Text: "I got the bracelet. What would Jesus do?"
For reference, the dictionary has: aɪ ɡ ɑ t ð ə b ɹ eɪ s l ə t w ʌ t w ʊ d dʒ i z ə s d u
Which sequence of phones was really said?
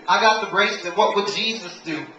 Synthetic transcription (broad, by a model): aɪ ɡ ɑ t ð ə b ɹ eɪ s ə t w ʌ t w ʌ d dʒ i z ə s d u